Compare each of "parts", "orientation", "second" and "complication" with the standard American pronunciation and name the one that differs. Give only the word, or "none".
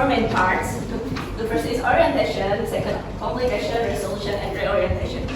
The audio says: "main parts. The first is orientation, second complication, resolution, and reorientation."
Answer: complication